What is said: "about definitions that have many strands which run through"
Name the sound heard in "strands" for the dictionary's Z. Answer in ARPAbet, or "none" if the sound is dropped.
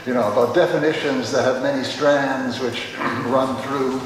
Z